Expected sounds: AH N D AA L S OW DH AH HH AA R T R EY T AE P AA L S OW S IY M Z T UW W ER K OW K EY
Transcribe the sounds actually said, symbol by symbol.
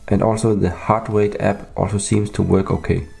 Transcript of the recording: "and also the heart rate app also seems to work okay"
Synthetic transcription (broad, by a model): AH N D AA L S OW DH AH HH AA R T W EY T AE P AA L S OW S IY M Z T UW W ER K OW K EY